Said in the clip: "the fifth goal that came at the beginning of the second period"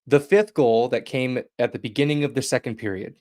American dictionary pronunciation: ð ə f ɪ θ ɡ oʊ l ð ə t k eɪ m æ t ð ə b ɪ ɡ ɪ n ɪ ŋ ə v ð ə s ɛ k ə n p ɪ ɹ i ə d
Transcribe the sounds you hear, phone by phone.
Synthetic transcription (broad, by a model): ð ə f ɪ θ ɡ oʊ l ð ə t k eɪ m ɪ t ð ə b ɪ ɡ ɪ n ɪ ŋ ə v ð ə s ɛ k n p ɪ ɹ i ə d